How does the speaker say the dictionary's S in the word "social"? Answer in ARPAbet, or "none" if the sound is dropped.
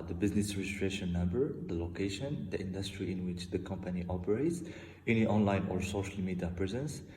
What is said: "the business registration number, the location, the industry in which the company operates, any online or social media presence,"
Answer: S